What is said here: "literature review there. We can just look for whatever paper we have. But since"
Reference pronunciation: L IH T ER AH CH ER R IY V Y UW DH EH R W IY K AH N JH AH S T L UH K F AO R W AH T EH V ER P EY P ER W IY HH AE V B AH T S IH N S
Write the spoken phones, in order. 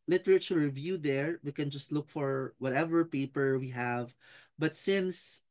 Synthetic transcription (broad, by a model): L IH T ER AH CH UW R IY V Y UW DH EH R W IY K AH N JH AH S T L UH K F AO R W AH T EH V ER P EY P ER W IY HH AE V B AH T S IH N S